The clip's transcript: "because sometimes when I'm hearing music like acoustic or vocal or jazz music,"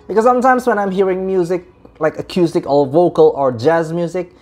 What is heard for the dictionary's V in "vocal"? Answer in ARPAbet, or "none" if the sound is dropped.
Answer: V